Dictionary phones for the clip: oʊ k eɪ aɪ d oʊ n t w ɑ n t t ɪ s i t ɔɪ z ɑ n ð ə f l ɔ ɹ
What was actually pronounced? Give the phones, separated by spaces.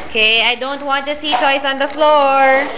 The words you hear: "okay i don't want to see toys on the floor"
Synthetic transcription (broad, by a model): k eɪ aɪ d oʊ n t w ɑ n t t ɪ s i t ɔɪ s ɑ n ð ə f l ɔ ɹ